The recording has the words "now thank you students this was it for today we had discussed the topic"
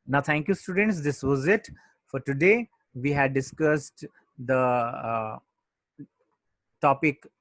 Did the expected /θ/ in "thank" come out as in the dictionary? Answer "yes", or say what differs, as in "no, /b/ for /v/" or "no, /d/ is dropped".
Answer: no, /t/ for /θ/